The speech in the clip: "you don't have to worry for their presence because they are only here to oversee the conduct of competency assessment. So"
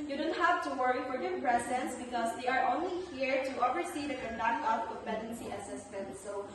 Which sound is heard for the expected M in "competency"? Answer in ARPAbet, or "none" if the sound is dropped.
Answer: none